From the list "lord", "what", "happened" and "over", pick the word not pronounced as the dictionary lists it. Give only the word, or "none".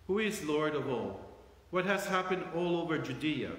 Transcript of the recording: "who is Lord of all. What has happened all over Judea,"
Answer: none